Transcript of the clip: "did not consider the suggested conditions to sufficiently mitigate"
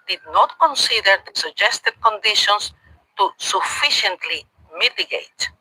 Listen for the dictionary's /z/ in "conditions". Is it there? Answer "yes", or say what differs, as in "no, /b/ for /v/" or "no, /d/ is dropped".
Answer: no, /s/ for /z/